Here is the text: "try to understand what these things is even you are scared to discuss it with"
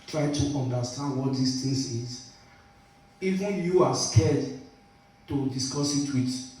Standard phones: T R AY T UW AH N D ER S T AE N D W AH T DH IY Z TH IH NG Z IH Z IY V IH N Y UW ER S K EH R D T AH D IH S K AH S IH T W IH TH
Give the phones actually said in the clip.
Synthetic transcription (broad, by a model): T R AY T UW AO N D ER S T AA N D W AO T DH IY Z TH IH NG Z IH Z IY V IH N Y UW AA S K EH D T AH D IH S K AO S IH T W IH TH